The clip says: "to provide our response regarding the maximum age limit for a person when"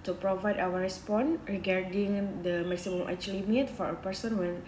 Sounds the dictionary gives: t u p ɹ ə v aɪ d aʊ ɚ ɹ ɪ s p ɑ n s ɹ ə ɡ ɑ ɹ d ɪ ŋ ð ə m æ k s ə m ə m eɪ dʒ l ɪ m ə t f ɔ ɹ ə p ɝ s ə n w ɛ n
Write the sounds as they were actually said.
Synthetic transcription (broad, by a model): t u p ɹ ə v aɪ d aʊ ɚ ɹ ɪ s p ɑ n ɹ ə ɡ ɑ ɹ d ɪ ŋ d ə m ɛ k s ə m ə m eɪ tʃ l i m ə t f ɔ ɹ ə p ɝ s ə n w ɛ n